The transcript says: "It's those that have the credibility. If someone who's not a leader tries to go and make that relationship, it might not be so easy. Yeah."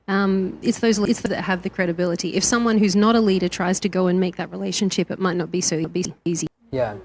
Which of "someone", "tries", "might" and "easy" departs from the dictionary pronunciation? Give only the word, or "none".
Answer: none